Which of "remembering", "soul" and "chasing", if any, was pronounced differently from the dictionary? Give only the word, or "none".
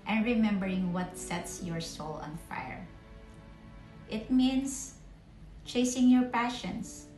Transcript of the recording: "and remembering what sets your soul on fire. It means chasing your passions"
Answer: none